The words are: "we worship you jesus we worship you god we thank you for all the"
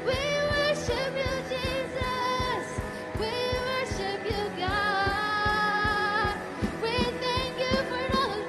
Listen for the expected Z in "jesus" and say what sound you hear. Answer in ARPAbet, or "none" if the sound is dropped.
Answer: Z